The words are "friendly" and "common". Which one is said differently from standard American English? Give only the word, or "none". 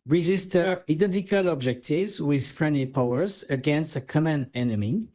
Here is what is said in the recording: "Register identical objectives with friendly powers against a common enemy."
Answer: none